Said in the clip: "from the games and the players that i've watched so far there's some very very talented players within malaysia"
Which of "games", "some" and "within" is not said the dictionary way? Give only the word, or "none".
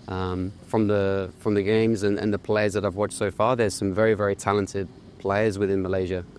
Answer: none